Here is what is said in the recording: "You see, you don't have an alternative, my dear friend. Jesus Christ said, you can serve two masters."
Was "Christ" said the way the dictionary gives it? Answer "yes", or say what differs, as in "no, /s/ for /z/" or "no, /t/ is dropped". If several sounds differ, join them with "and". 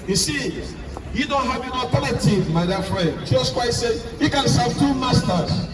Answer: no, /w/ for /ɹ/ and /s/ is dropped